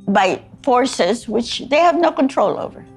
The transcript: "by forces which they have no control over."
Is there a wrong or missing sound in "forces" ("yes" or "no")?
no